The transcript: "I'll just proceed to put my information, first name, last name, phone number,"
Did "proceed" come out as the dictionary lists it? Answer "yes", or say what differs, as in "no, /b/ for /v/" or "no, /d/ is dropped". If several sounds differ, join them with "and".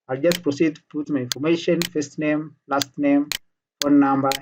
yes